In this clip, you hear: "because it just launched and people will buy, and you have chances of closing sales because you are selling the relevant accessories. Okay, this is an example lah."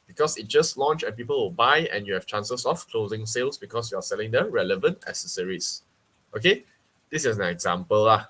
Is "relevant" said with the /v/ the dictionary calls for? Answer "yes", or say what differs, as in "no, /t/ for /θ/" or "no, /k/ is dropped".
yes